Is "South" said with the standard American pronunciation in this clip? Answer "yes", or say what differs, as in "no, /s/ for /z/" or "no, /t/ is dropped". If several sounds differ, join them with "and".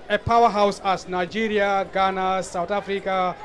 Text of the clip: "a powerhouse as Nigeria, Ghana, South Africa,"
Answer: no, /t/ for /θ/